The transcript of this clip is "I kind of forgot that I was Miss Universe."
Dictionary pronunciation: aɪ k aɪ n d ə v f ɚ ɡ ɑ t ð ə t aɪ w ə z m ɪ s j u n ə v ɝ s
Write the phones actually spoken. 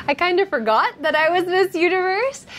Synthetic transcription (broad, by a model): aɪ k aɪ n d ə f ɚ ɡ ɑ t ð ə t aɪ w ə z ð ɪ s j u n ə v ɝ s